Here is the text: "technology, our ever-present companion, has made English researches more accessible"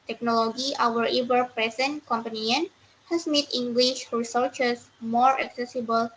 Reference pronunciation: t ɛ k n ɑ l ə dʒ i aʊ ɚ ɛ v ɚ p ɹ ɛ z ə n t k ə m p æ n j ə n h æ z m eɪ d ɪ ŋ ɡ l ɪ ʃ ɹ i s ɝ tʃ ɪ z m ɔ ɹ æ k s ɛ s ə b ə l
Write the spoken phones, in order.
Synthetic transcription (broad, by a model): t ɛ k n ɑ l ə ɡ i aʊ ɚ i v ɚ p ɹ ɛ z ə n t k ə m p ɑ n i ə n h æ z m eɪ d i ŋ ɡ l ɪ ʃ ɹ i s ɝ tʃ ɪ s m ɔ ɹ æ k s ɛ s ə b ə l